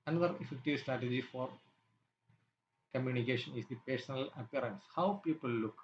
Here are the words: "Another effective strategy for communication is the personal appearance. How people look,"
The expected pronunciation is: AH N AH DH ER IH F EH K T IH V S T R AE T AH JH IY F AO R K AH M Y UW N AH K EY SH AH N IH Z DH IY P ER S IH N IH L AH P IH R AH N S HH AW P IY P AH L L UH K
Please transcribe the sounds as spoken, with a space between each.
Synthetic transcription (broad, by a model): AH N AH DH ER IH F EH K T IH V S T R AE T AH JH IY F AO R K AH M Y UW N AH K EY SH AH N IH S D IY P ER S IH N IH L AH P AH R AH N S HH AW P IY P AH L L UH K